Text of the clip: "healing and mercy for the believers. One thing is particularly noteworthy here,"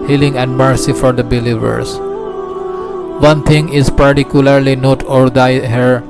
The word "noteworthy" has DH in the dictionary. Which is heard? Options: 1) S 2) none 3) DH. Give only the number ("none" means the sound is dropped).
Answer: 2